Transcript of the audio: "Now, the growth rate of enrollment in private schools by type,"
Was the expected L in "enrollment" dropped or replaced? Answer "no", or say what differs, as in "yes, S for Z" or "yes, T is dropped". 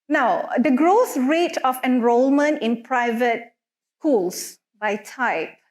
no